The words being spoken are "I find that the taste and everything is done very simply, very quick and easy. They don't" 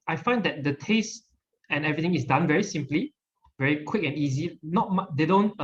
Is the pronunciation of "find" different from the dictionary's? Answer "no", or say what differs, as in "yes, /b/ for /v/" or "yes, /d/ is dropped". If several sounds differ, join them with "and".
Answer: no